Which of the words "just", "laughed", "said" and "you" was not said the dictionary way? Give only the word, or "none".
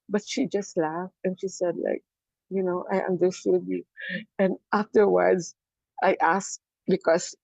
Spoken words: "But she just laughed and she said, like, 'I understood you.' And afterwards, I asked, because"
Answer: none